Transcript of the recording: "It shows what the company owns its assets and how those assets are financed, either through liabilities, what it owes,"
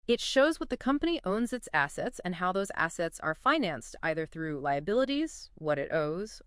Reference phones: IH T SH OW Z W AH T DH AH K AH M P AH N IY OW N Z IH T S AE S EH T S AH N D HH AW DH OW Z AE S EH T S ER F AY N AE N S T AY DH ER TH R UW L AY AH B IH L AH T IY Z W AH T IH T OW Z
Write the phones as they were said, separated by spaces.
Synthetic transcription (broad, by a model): IH T SH OW Z W AH T DH AH K AH M P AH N IY OW N Z IH T S AE S EH T S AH N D HH AW DH OW Z AE S EH T S ER F AY N AE N S T AY DH ER TH R UW L AY AH B IH L AH T IY Z W AH T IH T OW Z